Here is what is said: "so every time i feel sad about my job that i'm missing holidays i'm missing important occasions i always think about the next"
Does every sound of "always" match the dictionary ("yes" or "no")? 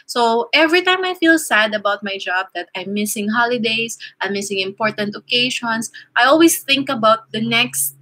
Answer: no